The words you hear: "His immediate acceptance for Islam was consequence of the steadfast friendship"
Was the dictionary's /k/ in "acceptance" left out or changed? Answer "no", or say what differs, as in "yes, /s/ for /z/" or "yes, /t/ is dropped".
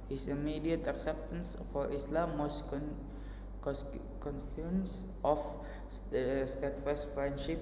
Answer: no